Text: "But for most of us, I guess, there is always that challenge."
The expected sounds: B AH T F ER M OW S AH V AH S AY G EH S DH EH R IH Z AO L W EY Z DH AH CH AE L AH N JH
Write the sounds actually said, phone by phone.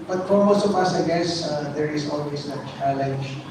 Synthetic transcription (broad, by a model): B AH T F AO M OW S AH P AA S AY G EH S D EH R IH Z AO L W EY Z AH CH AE L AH N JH